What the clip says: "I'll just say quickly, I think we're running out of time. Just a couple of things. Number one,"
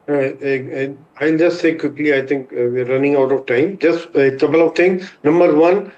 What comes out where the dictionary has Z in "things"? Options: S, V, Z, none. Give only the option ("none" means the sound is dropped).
none